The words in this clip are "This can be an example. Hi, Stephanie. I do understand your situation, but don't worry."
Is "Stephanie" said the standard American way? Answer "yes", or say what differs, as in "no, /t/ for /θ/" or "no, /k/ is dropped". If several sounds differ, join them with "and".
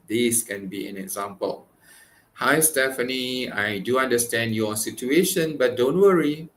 yes